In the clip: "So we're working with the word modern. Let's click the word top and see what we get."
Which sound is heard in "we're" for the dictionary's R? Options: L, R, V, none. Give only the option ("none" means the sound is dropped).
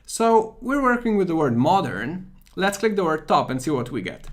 R